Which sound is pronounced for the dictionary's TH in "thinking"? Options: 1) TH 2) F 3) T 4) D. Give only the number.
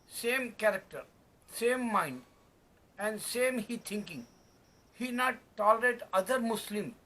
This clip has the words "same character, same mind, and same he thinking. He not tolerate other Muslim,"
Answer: 3